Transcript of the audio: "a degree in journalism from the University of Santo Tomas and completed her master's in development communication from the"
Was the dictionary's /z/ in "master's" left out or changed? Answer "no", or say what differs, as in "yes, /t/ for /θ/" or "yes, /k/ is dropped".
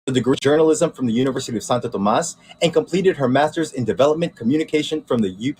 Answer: no